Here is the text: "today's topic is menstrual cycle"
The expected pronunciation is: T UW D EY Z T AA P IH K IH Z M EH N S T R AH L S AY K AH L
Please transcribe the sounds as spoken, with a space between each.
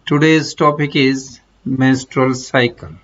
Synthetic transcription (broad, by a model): T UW D EY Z T AA P IH K IH Z M EH N S T R AH L S AY K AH L